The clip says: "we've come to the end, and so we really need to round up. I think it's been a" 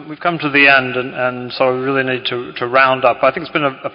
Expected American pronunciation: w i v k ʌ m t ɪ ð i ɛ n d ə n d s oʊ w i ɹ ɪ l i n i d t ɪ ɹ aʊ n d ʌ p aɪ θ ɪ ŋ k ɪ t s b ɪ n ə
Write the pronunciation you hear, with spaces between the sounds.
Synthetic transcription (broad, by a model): w i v k ʌ m t ɪ ð i ɛ n d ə n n s oʊ w i ɹ ɪ l i n i d t ɪ ɹ aʊ n d ʌ p aɪ θ ɪ ŋ k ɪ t s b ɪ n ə